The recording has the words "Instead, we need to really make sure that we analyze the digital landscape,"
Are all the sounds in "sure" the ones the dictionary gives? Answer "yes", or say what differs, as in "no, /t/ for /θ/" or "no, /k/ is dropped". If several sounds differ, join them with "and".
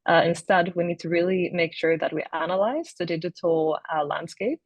yes